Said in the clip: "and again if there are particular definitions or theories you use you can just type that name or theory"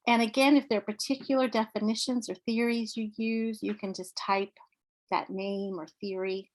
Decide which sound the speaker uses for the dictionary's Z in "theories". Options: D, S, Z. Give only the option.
Z